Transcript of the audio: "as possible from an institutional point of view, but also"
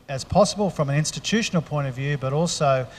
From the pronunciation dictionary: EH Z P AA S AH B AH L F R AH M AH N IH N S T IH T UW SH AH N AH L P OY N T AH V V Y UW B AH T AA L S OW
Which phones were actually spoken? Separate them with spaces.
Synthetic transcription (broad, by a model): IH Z P AA S AH B AH L F R AH M AH N IH N S T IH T UW SH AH N L P OY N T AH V V Y UW B AH T AA L S OW